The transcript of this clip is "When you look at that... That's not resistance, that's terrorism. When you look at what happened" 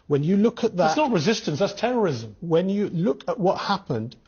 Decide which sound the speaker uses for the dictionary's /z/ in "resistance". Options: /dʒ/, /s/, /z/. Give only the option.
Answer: /z/